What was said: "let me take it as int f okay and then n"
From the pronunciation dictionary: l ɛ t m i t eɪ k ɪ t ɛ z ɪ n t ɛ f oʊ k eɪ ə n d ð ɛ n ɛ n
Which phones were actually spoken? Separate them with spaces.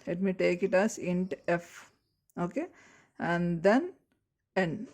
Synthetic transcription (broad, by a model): l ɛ t m i t eɪ k ɪ t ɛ s ɪ n t ɛ f oʊ k eɪ ə n d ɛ n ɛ n